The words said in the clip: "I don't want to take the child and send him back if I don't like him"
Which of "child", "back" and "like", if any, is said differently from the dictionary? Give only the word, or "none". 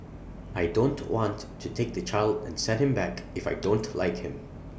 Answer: none